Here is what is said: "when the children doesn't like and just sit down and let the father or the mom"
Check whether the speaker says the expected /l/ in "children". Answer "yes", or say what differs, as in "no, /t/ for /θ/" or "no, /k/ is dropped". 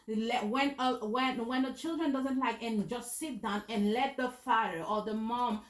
yes